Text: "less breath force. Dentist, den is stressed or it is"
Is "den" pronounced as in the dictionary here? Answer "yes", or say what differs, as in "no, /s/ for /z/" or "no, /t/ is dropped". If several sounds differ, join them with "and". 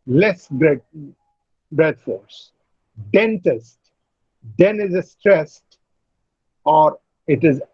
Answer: yes